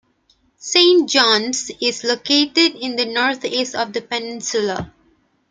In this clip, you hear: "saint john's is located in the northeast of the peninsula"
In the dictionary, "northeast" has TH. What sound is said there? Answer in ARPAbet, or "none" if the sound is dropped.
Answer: T